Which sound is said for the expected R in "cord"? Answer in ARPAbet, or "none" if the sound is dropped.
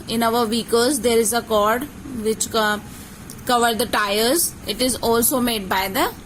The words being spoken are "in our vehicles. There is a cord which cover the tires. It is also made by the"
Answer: R